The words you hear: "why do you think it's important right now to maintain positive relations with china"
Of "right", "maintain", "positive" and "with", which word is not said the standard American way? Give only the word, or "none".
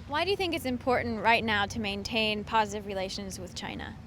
none